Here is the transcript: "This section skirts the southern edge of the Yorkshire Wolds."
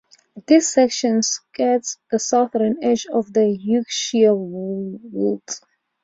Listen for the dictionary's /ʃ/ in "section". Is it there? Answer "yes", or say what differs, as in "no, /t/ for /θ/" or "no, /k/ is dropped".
yes